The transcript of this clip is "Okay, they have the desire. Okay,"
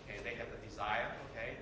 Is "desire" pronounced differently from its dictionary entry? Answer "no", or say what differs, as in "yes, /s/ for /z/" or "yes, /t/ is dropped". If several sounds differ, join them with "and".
no